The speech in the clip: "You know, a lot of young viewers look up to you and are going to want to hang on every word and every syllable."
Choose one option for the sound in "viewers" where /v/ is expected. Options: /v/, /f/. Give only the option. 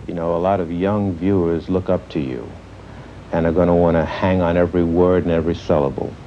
/v/